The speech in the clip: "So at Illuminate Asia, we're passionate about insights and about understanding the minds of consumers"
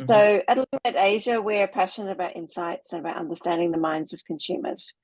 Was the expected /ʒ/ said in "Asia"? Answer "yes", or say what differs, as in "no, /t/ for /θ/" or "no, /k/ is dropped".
yes